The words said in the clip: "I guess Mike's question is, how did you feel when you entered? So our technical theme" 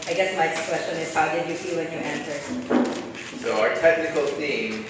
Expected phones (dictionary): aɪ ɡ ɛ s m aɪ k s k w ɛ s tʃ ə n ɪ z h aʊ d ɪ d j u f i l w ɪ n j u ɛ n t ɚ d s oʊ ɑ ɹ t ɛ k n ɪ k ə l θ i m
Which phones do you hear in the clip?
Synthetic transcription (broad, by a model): aɪ ɡ ɛ s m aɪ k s k w ɛ s tʃ ə n ɪ z h aʊ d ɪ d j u f i l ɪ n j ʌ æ n s ɚ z s oʊ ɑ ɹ t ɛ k n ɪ k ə l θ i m